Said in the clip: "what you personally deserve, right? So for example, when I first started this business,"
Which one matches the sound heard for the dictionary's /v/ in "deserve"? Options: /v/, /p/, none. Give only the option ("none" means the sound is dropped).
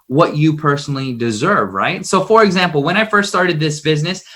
/v/